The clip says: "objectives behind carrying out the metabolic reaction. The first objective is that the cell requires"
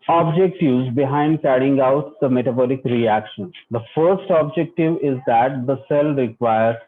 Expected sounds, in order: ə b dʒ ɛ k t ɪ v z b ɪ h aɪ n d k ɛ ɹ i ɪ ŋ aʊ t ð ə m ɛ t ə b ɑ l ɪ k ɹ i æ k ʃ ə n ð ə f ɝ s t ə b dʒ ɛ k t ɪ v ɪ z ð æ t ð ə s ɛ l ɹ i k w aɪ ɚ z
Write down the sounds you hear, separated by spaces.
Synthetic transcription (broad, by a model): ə b dʒ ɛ k t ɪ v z b ɪ h aɪ n d k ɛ ɹ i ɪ ŋ aʊ t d ə m ɛ t ə b ɑ l ɪ k ɹ i æ k ʃ ə n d ə f ɝ s t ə b dʒ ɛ k t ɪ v ɪ z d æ t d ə s ɛ l ɹ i k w aɪ ɚ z